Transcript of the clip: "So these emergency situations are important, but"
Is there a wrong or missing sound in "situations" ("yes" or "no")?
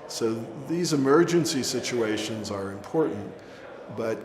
no